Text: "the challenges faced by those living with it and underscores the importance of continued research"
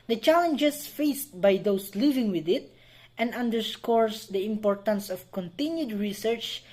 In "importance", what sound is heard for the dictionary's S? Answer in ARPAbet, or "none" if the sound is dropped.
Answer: S